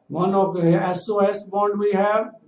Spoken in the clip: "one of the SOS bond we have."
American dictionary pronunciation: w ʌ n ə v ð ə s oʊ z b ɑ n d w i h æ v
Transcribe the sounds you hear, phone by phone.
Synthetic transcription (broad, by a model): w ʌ n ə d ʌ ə s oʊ s b ɑ n d w i h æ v